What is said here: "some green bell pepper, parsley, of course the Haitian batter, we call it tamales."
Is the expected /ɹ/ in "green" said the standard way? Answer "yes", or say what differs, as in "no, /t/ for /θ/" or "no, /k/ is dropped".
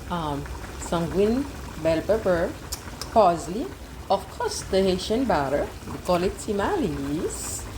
no, /w/ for /ɹ/